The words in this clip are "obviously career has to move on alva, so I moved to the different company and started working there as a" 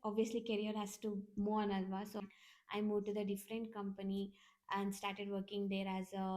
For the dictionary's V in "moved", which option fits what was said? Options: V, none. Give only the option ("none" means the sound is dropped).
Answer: none